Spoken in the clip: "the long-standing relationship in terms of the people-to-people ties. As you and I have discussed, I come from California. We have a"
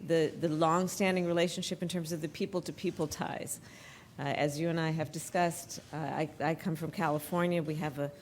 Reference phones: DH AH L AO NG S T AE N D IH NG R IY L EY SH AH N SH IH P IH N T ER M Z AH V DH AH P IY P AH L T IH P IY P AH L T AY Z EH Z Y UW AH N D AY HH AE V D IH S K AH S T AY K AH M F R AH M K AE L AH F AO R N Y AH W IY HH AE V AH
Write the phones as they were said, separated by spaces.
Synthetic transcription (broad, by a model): DH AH L AO NG S T AE N D IH NG R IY L EY SH N SH IH P IH N T ER M Z AH V DH AH P IY P L T IH P IY P L T AY Z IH Z Y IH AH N AY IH V D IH S K AH S T AY K AH M F R AH M K AE L AH F AO R N Y AH W IY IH V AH